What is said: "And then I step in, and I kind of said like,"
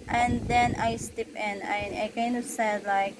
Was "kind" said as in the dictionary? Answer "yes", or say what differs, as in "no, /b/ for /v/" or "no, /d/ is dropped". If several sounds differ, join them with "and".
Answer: no, /d/ is dropped